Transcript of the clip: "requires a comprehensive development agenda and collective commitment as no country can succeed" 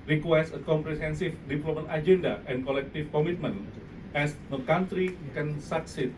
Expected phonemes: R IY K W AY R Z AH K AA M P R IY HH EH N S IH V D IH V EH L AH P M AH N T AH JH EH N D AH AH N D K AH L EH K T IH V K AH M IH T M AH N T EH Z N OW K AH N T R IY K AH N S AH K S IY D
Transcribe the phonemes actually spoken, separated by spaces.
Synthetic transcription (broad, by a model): R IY K W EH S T AH K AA M P R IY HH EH N S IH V D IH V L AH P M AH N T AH JH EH N D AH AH N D K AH L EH K T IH F K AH M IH T M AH N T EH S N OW K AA N T R IY K AH N S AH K S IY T